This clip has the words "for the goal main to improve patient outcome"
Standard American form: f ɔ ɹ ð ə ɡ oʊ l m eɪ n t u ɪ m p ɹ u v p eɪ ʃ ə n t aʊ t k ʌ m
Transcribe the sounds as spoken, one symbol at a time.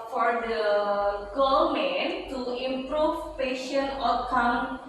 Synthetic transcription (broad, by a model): f ɔ ɹ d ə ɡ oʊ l m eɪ n t u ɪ m p ɹ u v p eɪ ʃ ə n aʊ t k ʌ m